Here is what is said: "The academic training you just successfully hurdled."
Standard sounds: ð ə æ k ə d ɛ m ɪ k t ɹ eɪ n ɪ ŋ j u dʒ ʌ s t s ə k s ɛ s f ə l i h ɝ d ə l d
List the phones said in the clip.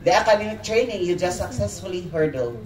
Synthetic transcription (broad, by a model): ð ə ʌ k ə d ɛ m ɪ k t ɹ eɪ n ɪ ŋ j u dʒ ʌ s s ə k s ɛ s f ə l i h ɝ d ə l